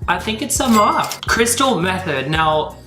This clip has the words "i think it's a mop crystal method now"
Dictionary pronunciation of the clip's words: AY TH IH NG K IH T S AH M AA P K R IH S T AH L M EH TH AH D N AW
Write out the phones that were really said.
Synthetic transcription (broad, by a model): AY TH IH NG K IH T S AH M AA K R IH S T L M EH TH AH D N AW